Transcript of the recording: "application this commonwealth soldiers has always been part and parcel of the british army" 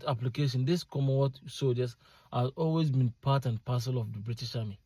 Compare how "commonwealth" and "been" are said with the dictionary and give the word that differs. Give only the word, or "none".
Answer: commonwealth